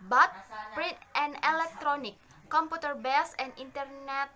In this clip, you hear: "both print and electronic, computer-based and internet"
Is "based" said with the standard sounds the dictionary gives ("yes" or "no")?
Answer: no